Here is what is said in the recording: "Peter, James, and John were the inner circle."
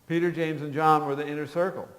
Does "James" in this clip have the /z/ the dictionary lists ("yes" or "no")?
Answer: yes